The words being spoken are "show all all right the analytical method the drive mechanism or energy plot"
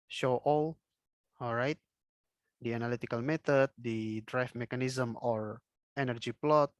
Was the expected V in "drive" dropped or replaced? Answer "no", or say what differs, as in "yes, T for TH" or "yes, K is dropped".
yes, F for V